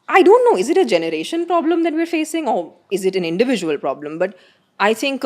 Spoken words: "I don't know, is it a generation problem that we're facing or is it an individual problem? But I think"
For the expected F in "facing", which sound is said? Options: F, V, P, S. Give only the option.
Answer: F